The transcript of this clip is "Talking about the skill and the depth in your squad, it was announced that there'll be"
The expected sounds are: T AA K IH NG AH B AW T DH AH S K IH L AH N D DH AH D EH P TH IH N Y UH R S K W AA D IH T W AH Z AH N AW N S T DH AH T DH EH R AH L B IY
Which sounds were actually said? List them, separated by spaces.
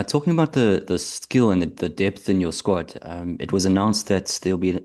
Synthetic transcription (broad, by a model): T AA K IH NG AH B AW T DH AH S K IH L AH N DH DH AH D EH P TH IH N Y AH R S K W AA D IH T W AH Z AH N AW N S DH AH T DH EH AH L B IY